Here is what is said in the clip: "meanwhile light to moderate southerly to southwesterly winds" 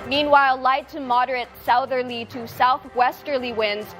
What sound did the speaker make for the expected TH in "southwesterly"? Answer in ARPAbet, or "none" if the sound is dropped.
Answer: TH